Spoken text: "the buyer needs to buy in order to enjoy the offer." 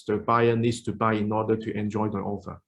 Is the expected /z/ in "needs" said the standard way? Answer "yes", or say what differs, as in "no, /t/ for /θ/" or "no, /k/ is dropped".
no, /s/ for /z/